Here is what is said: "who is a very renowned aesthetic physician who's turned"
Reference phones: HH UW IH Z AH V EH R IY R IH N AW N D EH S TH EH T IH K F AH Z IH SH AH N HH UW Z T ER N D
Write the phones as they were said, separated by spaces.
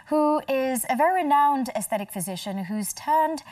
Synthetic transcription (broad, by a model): HH UW IH Z AH V EH R IY R IH N AW N D EH S TH EH T IH K F AH Z IH SH AH N HH UW Z T ER N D